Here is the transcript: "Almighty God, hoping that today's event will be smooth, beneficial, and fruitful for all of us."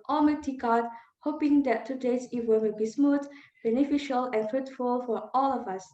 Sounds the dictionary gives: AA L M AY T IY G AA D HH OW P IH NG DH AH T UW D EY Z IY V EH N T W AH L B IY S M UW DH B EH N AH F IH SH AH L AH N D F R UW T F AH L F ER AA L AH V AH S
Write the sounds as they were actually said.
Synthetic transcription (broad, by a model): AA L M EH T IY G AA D HH OW P IH NG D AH T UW D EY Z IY W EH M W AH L B IY S M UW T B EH N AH F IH SH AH L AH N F R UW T F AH L F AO AA L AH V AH S